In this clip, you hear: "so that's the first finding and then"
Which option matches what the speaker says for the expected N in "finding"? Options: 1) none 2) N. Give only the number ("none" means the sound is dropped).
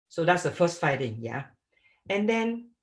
1